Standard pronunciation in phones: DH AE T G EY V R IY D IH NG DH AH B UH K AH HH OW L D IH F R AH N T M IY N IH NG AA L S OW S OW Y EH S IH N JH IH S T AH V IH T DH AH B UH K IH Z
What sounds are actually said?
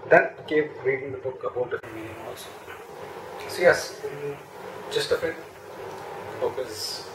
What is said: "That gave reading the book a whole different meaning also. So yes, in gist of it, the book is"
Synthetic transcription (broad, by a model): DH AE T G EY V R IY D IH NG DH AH B UH K AH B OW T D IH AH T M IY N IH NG AA L S OW S OW Y EH S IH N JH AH S T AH F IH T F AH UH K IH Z